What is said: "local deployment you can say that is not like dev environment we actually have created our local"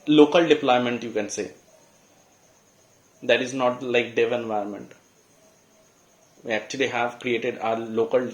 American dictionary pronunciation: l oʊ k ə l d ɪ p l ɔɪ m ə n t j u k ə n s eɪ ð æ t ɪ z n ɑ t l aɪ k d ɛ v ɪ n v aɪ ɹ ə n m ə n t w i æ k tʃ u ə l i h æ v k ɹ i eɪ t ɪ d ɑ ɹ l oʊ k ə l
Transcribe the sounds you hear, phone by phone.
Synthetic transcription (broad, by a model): l oʊ k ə l d ɪ p l ɔɪ m ə n t j u k ə n s eɪ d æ t ɪ z n ɑ t l aɪ k d ɛ v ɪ n v aɪ ə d m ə n t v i æ k tʃ u ə l i h æ v k ɹ i eɪ t ɪ d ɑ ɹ l oʊ k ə l